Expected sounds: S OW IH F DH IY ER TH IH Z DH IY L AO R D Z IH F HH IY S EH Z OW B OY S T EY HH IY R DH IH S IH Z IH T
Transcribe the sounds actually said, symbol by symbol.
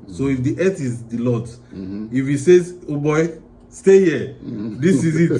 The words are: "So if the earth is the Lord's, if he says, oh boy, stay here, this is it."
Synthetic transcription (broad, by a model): S OW IH F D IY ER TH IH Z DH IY L AO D IH F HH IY S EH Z OW B OY S T EY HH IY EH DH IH S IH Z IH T